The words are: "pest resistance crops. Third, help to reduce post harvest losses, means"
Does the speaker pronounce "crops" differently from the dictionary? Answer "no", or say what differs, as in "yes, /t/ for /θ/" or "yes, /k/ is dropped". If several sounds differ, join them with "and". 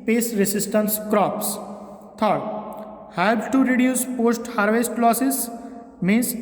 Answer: no